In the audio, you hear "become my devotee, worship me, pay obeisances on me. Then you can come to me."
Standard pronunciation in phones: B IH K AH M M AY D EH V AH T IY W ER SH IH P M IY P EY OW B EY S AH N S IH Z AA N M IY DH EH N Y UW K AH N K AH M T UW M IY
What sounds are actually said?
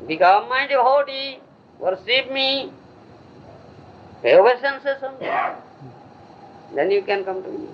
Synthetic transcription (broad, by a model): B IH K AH M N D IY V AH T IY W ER S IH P M IY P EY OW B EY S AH N S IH S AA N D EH N Y UW K AH N K AH M T UW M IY